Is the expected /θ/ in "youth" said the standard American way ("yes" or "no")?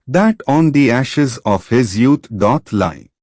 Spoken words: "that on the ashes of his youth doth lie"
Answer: no